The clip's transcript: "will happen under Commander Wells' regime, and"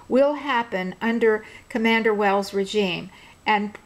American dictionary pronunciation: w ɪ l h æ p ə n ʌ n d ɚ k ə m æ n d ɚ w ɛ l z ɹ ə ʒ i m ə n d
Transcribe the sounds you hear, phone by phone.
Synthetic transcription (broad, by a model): w ɪ l h æ p ə n ʌ n d ɚ k ə m æ n d ɚ w ɛ l z ɹ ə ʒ i m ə n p